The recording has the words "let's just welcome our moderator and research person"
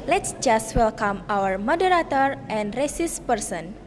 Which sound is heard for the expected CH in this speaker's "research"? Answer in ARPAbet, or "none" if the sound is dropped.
S